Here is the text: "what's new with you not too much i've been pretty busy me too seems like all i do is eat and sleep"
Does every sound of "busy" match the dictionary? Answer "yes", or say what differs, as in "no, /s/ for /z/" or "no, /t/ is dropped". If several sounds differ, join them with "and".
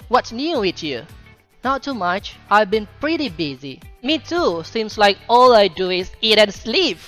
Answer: yes